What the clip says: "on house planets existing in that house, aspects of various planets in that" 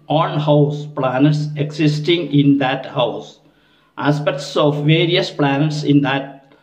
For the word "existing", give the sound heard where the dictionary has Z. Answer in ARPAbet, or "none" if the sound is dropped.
S